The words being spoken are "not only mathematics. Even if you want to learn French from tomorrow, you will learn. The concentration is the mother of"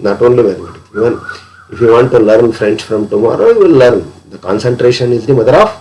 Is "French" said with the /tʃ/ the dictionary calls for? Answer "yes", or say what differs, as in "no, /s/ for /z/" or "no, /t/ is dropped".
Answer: no, /s/ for /tʃ/